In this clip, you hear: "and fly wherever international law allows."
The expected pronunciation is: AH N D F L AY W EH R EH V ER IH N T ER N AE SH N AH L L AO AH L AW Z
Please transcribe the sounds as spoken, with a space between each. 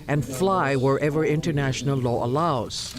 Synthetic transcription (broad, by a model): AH N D F L AY W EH R EH V ER IH N T ER N AE SH N AH L L AO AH L AW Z